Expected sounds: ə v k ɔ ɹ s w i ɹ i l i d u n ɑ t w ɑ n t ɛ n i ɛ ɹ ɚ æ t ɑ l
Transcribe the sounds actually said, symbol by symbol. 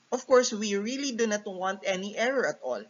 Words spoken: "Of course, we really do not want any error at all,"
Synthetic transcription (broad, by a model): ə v k ɔ ɹ s w i ɹ i l i d u n ɑ t w ɑ n t ɛ n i ɛ ɹ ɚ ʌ t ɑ l